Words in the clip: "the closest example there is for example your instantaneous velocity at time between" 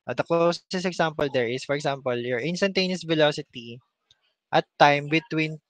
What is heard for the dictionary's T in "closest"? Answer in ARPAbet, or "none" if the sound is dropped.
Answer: none